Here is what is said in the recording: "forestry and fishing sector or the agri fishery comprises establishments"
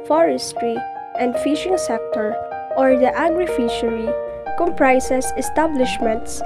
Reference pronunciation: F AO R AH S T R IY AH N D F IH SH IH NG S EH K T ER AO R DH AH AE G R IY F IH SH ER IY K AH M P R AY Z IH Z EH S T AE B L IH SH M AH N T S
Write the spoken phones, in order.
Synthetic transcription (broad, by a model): F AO R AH S T R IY AH N D F IH SH IH NG S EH K T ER AO R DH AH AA G R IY F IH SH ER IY K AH M P R AY S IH S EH S T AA B L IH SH M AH N T S